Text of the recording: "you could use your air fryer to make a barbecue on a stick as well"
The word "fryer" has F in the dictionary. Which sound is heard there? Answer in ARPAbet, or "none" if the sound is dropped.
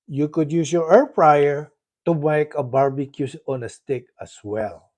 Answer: P